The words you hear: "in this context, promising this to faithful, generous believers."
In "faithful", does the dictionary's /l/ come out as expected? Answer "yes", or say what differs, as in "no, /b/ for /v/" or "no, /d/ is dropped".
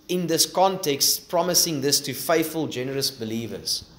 yes